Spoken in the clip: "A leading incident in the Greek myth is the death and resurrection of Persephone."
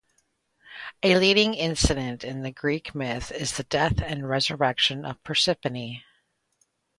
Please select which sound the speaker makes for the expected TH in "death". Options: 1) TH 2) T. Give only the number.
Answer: 1